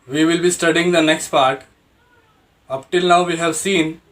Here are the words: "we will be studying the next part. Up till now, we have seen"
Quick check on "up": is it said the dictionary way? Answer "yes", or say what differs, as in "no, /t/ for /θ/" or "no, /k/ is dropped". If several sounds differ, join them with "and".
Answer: yes